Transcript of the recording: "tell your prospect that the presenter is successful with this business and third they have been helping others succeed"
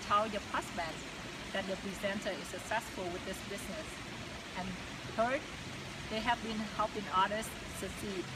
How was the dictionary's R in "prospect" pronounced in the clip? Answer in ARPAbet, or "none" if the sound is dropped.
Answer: none